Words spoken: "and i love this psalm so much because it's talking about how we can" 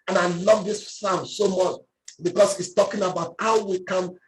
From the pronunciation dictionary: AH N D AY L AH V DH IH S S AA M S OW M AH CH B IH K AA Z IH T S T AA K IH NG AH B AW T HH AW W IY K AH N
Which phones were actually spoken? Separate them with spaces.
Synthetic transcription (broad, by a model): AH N AY L AH V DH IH S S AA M S OW M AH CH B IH K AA S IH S T AA K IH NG AH B AW T HH AW W IY K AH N